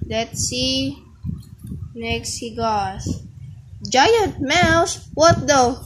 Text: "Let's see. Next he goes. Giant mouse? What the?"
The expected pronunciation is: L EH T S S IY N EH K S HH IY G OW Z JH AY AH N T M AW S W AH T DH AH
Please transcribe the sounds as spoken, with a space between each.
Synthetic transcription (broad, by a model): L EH T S S IY N EH K S HH IY G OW S JH AY AH N T M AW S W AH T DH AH